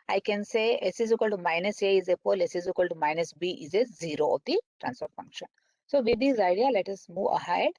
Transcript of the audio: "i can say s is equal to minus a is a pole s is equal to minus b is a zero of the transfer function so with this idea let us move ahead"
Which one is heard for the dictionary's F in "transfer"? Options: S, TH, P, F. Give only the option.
P